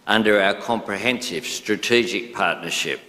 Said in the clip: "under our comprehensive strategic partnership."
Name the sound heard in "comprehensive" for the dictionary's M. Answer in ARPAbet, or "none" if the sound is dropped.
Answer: M